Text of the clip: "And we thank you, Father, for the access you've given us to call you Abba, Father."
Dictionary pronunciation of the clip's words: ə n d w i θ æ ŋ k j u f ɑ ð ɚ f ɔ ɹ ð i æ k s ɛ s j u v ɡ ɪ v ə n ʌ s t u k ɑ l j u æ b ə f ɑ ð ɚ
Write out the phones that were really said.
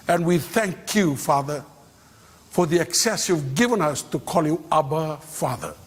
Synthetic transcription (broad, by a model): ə n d w i θ æ ŋ k j u f ɑ ð ɚ f ɔ ɹ ð i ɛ k s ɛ s j u v ɡ ɪ v ə n ʌ s t u k ɑ l j u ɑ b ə f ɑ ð ɚ